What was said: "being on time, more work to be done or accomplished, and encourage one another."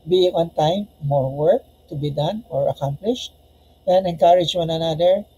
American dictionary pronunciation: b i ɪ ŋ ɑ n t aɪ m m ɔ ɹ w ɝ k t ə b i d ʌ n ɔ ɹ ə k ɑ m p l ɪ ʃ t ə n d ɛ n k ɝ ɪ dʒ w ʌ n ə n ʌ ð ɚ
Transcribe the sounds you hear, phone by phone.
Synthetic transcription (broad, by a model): b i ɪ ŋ ɑ n t aɪ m m ɔ ɹ w ɝ k t ə b i d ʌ n ɔ ɹ ə k ɑ m p l ɪ ʃ t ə n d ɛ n k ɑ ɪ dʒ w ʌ n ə n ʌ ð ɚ